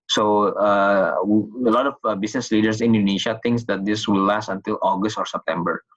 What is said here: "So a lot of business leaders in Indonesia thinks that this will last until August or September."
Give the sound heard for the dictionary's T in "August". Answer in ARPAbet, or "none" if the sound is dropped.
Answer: T